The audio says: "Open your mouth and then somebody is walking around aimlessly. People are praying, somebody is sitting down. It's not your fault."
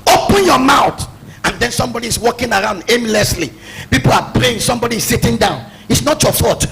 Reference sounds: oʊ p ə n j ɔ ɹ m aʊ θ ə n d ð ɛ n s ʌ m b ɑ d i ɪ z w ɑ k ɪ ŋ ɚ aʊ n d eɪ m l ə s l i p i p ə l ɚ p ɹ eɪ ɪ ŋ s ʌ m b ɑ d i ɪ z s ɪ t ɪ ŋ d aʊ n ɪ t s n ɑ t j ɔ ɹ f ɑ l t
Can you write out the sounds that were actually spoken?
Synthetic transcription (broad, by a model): oʊ p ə n j ɔ m aʊ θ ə n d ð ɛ n s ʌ m b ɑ d i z w ɑ k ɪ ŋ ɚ aʊ n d eɪ m l ə s l i p i p ə l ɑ p ɹ eɪ ɪ ŋ s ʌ m b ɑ d i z s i t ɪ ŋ d aʊ n ɪ t s n ɑ t j ɔ f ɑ t